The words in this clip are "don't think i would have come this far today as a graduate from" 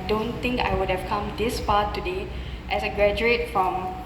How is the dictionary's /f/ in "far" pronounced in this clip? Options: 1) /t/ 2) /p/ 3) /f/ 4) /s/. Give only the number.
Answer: 2